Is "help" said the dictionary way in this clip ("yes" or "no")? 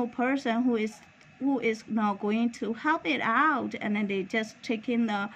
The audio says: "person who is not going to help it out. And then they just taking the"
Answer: yes